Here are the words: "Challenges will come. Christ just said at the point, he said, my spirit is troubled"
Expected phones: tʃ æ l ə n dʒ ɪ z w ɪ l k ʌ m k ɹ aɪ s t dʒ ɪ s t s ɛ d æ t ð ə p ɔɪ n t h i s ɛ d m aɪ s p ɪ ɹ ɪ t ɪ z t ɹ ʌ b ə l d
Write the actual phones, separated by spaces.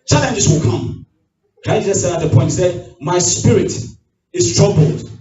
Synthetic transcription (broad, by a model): tʃ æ l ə n dʒ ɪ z w ɪ l k ʌ m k aɪ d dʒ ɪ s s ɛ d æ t ð ə p ɔɪ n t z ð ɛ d m aɪ s p ɪ ɹ ɪ t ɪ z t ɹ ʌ b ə l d